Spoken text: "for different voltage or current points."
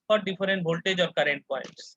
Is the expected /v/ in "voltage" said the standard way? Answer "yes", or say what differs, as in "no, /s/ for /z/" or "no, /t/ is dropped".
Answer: no, /b/ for /v/